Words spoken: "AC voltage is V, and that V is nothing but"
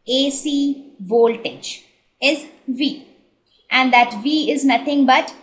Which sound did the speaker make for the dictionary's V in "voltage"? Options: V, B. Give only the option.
V